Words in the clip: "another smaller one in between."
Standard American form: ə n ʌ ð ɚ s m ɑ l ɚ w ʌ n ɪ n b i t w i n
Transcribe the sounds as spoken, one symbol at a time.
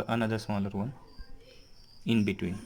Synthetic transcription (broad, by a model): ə n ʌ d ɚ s ɑ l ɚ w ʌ n ɪ n b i t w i n